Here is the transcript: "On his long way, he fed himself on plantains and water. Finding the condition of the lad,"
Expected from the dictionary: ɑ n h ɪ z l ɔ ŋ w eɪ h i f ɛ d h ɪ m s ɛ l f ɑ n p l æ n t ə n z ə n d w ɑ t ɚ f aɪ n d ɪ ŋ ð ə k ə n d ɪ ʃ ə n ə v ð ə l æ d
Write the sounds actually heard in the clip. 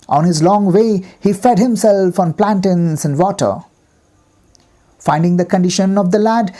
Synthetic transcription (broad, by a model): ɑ n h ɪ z l ɔ ŋ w eɪ h i f ɛ d h ɪ m s ɛ l f ɑ n p l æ n t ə n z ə n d w ɑ t ɚ f aɪ n d ɪ ŋ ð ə k ə n d ɪ ʃ ə n ə v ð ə l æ d